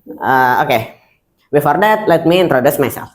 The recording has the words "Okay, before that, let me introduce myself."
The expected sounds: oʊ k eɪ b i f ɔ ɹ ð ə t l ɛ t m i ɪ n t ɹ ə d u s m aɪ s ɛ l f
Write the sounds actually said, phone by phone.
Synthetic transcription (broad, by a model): oʊ k eɪ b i f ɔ ɹ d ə t l ɛ t m i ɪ n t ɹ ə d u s m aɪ s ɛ l f